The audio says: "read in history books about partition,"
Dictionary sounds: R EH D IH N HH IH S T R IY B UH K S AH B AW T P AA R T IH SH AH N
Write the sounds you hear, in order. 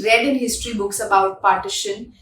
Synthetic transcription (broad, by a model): R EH D IH N HH IH S T R IY B UH K S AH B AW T P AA R T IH SH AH N